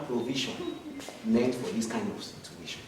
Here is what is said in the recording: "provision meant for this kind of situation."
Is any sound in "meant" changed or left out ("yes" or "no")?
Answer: yes